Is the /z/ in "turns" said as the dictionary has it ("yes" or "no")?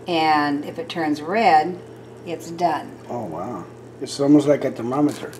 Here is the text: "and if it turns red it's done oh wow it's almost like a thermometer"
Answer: yes